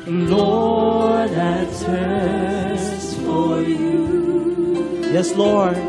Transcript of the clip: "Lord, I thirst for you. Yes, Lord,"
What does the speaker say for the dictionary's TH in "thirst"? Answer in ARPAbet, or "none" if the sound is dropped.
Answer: T